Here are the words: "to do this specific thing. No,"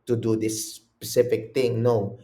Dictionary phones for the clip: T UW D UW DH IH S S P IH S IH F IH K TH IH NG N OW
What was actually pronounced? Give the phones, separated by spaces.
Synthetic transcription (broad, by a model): T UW D UW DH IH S S P IH S IH F IH K T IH NG N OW